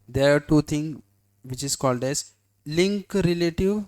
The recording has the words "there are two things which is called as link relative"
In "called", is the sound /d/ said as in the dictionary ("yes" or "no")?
yes